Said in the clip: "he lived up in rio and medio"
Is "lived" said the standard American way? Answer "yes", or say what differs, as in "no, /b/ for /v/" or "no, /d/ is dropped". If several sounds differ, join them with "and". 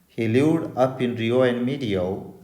no, /v/ is dropped